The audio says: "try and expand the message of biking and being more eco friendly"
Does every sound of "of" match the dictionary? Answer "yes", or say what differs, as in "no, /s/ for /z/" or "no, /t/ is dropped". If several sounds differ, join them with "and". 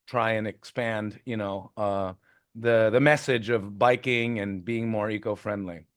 yes